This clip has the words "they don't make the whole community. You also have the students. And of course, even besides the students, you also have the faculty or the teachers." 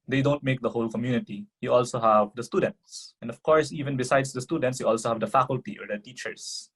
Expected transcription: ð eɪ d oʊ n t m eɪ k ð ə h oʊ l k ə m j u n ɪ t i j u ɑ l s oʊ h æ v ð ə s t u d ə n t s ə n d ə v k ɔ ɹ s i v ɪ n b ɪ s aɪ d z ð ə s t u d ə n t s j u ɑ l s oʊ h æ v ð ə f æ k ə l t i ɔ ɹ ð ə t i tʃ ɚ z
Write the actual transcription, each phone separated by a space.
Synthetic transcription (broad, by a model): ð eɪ d oʊ n t m eɪ k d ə h oʊ l k ə m j u n ɪ t i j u ɑ l s oʊ h æ v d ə s t u d ə n t s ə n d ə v k ɔ ɹ s i v ɪ n b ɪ s aɪ d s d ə s t u d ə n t s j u ɑ l s oʊ h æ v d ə f æ k ə l t i ɔ ɹ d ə t i tʃ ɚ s